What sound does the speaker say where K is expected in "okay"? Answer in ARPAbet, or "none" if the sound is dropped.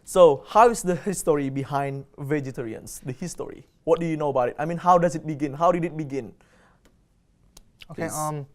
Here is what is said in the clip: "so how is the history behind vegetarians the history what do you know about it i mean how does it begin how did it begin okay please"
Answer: none